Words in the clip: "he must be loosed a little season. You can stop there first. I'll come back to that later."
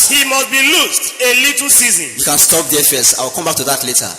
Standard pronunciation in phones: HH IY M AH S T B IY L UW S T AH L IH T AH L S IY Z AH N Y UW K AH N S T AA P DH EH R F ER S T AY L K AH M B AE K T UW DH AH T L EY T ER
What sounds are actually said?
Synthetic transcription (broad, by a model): HH IY M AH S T B IY L UW S T AH L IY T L S IY Z AH N Y UW K AH N S T AA P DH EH F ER S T AY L K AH M B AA K T UW DH AH T L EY T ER